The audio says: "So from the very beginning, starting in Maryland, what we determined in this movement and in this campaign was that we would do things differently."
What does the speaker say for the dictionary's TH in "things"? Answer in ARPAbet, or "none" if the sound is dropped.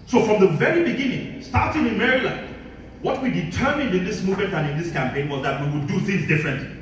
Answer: TH